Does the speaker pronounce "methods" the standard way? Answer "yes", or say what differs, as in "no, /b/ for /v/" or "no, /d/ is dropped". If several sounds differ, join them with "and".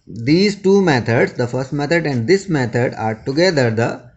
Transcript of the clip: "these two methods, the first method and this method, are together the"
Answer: no, /t/ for /θ/